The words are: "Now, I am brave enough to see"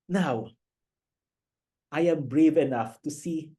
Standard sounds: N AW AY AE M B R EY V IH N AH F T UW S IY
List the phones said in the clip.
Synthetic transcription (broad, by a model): N AW AY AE M B R EY V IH N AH F T UW S IY